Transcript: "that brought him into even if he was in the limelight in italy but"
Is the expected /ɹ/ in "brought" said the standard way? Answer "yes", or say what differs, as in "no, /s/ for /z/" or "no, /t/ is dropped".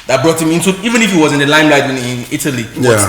yes